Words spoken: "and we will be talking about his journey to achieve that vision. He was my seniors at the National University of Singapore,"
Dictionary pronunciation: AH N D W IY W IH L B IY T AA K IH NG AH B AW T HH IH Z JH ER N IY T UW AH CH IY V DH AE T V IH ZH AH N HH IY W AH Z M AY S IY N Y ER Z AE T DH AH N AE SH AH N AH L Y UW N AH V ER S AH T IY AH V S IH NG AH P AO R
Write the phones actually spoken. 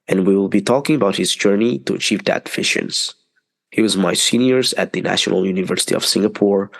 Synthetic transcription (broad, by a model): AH N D W IY W IH L B IY T AA K IH NG AH B AW T HH IH Z JH ER N IY T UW AH CH IY V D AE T F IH SH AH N HH IY W AH Z M AY S IY N Y ER Z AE T DH AH N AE SH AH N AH L Y UW N AH V ER S AH T IY AH V S IH NG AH P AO R